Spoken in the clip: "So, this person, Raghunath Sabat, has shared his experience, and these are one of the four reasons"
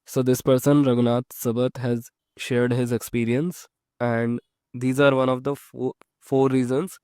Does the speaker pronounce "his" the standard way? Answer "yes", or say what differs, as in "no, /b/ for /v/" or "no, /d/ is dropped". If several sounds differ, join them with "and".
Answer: yes